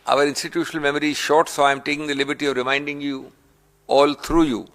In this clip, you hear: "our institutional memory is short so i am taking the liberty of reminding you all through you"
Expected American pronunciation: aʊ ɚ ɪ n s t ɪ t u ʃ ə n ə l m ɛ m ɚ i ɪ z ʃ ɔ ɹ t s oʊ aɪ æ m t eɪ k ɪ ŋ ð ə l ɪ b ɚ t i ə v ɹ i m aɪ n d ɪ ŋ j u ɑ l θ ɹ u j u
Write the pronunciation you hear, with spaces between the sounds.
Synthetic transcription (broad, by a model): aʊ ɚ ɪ n s t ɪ t u ʃ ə n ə l m ɛ m ɚ i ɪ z ʃ ɔ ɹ t s oʊ aɪ m t eɪ k ɪ ŋ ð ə l ɪ b ɚ t i ə v ɹ i m aɪ n d ɪ ŋ j u ɑ l t ɹ u j u